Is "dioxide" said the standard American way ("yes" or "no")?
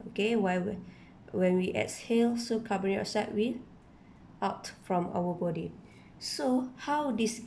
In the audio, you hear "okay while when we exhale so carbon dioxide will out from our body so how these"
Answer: no